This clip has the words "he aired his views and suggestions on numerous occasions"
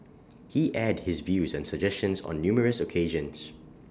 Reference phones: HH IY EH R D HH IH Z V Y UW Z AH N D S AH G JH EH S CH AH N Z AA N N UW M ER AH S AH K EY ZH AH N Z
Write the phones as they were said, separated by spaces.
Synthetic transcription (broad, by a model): HH IY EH D HH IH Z V Y UW Z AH N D S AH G JH EH S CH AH N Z AA N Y UW M ER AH S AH K EY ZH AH N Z